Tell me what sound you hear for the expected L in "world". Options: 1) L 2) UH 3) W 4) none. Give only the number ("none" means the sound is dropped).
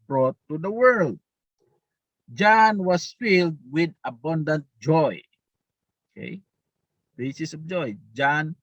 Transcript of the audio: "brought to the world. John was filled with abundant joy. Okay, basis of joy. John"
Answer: 1